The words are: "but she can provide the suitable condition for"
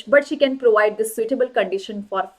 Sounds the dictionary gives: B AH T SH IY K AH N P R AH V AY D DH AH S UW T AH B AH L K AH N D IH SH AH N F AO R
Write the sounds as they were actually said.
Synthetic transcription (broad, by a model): B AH T SH IY K AH N P R AH V AY D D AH S UW T AH B AH L K AH N D IH SH AH N F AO R